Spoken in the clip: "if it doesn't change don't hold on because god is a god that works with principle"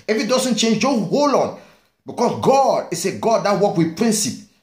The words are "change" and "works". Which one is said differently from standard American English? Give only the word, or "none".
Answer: works